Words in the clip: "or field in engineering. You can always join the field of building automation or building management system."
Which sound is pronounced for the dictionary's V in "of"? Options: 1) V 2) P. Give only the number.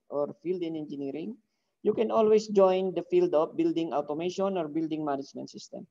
2